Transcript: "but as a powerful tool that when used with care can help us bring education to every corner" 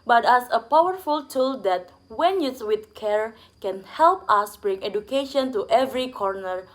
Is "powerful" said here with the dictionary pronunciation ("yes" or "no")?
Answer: yes